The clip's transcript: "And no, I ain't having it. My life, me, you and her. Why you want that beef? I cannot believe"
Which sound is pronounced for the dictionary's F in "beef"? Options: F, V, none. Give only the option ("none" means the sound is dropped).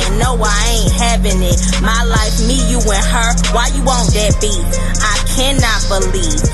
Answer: none